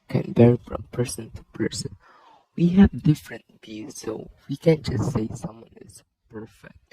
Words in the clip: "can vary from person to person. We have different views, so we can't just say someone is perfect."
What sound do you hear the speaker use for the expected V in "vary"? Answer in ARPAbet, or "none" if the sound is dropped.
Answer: B